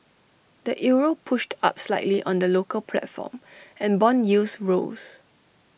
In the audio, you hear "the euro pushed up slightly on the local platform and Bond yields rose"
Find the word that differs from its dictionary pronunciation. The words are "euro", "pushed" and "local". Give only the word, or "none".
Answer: none